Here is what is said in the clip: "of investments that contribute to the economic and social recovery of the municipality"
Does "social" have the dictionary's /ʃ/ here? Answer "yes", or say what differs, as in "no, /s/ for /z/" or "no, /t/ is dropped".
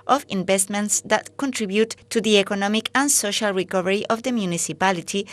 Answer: yes